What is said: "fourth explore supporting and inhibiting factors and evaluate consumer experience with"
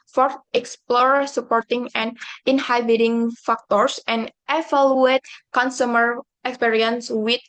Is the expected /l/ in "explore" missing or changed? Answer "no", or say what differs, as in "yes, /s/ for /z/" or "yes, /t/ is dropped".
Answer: no